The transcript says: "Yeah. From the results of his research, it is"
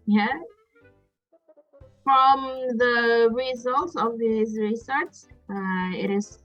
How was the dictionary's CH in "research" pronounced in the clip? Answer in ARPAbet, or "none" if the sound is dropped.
S